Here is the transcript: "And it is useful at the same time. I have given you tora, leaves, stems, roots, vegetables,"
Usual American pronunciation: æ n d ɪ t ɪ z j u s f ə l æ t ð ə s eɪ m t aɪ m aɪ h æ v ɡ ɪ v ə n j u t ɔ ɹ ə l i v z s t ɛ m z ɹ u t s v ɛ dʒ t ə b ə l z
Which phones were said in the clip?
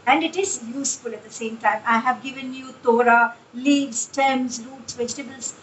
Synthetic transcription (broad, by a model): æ n d ɪ t ɪ z j u s f ə l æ t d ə s eɪ m t aɪ m aɪ h æ v ɡ ɪ v ə n j u t ɔ ɹ ə l i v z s t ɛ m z ɹ u t s v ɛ dʒ t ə b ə l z